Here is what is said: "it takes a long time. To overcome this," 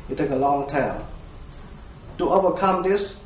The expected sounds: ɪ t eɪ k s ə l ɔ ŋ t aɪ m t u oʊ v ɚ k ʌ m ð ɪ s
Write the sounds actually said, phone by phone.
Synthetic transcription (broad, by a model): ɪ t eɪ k ə l ɔ ŋ t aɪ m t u oʊ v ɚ k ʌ m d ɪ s